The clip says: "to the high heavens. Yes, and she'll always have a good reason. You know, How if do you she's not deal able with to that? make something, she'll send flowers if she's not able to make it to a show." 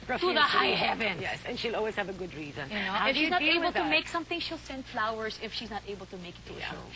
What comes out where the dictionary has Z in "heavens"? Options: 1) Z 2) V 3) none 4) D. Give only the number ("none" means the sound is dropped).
3